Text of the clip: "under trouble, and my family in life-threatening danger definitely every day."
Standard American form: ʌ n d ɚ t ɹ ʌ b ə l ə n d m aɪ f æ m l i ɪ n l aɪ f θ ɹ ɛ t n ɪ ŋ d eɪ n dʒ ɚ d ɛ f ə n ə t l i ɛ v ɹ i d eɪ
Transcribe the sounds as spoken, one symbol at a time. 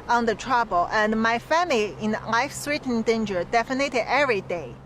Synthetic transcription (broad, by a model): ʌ n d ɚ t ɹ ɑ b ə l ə n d m aɪ f æ m l i ɪ n l aɪ f s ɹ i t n d eɪ n dʒ ɚ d ɛ f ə n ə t i ɛ v ɹ i d eɪ